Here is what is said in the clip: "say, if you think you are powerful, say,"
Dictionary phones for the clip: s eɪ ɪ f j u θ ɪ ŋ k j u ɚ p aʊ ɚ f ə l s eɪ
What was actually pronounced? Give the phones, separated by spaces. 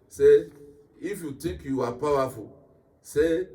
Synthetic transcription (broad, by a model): s eɪ ɪ f j u t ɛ k j u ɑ p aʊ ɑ f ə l s eɪ